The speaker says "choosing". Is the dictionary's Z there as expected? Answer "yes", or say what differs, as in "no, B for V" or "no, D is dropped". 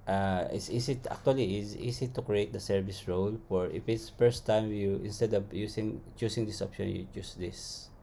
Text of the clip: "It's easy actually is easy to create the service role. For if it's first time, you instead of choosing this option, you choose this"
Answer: no, S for Z